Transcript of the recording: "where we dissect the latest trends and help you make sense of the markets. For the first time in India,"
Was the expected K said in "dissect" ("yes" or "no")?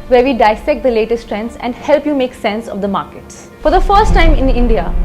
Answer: yes